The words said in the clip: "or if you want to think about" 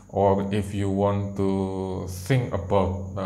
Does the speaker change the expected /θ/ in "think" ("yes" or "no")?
yes